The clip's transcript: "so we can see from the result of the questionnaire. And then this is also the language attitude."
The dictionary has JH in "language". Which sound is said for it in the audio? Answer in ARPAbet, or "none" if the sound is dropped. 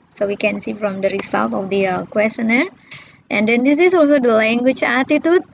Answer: CH